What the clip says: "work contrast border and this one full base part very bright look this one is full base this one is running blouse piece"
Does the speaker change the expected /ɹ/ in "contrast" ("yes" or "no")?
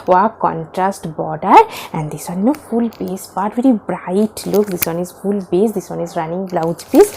no